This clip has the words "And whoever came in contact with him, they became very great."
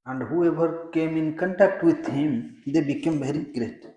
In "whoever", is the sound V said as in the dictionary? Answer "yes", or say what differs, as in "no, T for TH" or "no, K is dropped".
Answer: no, B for V